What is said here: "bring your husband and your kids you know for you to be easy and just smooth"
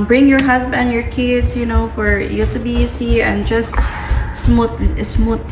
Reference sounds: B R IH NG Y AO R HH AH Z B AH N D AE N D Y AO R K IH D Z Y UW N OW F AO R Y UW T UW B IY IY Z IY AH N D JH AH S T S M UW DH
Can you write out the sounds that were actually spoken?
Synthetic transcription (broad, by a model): B R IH NG Y AO R HH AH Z B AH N N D Y AO R K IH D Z Y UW N OW F AO R Y UW T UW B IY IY S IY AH N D JH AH S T S M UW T